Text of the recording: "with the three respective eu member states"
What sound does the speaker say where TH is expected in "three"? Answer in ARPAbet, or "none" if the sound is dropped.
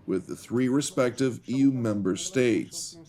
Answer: TH